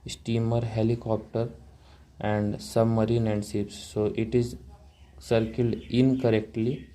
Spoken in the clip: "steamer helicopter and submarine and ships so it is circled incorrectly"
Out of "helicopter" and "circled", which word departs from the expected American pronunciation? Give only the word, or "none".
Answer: none